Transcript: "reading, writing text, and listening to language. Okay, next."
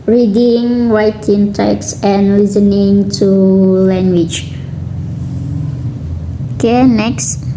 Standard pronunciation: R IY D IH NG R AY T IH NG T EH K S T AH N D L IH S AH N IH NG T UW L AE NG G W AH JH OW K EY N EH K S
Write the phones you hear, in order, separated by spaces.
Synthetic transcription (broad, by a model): R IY D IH NG W AY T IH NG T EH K S AH N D L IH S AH N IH NG T UW L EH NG G W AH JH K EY N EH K S